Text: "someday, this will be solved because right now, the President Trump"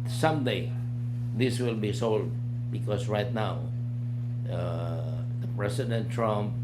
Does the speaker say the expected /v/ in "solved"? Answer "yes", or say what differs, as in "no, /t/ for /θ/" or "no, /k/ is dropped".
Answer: no, /v/ is dropped